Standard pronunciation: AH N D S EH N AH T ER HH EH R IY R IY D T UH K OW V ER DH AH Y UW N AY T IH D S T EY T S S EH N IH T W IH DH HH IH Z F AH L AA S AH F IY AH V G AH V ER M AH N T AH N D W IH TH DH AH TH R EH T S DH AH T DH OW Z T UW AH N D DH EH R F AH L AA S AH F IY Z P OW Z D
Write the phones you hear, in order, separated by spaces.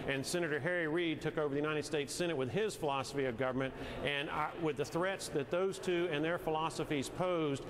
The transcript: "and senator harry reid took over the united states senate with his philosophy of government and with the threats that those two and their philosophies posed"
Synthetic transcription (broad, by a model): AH N S EH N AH T ER HH EH R IY R IY D T UH K OW V ER DH AH Y UW N AY T IH D S T EY T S S EH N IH T W IH DH IH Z F AH L AA S AH F IY AH V G AH V ER M AH N T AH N W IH DH AH TH R EH T S DH AH T DH OW Z T UW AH N DH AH R F AH L AA S AH F IY Z P OW Z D